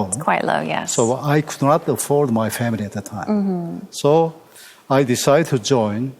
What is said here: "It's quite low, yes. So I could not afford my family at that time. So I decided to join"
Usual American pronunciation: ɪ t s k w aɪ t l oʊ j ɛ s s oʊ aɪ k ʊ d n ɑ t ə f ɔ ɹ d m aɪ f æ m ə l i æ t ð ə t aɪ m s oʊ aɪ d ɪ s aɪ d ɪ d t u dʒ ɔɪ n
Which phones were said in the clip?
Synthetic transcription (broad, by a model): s k w aɪ t l oʊ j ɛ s s oʊ aɪ k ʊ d n ɑ t ə f ɔ ɹ d m aɪ f æ m ə l i æ t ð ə t aɪ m s oʊ aɪ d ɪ s aɪ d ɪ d t u dʒ ɔɪ n